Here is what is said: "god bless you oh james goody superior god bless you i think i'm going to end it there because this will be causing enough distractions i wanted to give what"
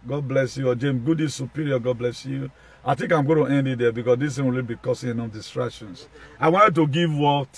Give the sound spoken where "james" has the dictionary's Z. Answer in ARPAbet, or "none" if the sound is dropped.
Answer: none